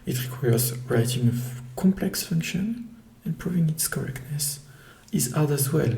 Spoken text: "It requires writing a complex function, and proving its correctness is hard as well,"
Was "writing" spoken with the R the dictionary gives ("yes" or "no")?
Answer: yes